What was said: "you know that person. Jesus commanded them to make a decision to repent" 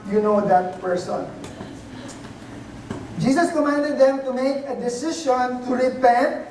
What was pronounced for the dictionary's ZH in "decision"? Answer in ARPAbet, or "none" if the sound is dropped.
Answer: SH